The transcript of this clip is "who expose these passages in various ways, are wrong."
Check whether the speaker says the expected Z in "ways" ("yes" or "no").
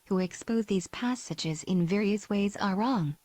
yes